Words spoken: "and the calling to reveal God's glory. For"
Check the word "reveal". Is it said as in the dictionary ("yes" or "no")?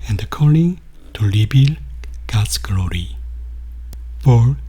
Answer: no